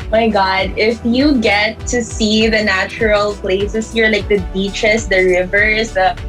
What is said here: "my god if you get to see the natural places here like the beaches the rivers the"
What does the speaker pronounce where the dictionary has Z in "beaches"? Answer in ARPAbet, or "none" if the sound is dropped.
S